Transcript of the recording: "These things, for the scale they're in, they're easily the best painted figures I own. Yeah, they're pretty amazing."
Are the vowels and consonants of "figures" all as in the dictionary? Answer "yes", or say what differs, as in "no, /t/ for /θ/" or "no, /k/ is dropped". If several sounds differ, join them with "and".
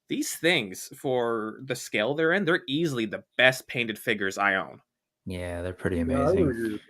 yes